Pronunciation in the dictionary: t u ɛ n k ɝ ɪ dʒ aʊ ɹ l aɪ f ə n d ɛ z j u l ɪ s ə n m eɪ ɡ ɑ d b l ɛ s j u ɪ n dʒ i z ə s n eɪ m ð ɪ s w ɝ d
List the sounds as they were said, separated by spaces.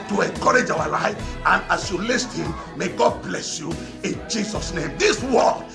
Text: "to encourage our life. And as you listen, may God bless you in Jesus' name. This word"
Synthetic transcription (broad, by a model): t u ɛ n k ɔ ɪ dʒ aʊ w l aɪ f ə n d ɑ s j u l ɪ s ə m m eɪ ɡ ɑ d b l ɛ s j u ɪ n dʒ i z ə s n eɪ m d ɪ s w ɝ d